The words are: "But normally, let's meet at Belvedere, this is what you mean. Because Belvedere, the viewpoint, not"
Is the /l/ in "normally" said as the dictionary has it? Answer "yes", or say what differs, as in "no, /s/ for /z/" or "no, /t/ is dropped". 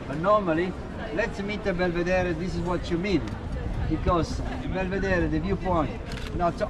yes